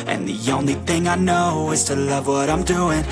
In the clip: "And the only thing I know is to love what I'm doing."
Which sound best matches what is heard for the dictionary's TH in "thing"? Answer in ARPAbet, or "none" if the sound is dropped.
TH